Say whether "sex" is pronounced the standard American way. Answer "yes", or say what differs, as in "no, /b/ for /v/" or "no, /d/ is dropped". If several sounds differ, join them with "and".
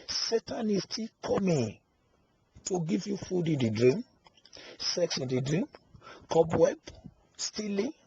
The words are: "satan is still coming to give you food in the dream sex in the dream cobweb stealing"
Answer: yes